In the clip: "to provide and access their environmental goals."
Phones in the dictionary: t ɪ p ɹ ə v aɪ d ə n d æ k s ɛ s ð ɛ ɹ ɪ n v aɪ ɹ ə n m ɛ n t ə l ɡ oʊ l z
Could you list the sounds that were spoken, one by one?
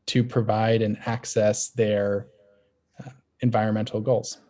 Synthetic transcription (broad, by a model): t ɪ p ɹ ə v aɪ d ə n æ k s ɛ s ð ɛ ɹ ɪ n v aɪ ɹ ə n m ɛ n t l ɡ oʊ l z